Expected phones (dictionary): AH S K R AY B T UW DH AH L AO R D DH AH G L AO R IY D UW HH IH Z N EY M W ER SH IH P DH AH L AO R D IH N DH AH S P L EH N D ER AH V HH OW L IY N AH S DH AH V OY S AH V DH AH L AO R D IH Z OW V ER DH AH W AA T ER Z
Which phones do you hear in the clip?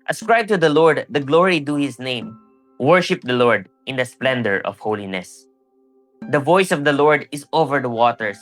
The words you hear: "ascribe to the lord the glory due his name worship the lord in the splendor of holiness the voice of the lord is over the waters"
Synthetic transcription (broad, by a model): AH S K R AY B T UW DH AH L AO R D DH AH G L AO R IY D UW HH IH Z N EY M W ER SH IH P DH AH L AO R D IH N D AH S P L EH N D ER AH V HH OW L IY N AH S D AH V OY S AH V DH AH L AO R D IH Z OW V ER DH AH W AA T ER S